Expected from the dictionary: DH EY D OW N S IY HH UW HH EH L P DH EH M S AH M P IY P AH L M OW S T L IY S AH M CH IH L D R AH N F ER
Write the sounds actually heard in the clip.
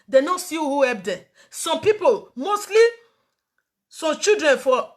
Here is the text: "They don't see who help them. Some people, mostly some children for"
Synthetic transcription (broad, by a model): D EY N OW S IY HH UW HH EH P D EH S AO M P IY P AH L M OW S T L IY S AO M CH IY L D R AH N F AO